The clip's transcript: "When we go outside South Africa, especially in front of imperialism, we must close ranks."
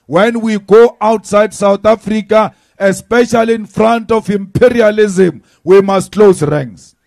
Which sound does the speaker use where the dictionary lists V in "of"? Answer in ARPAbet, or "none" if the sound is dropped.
F